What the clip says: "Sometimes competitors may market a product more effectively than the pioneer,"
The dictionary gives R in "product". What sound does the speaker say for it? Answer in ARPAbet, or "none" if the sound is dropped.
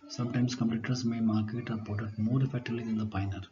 none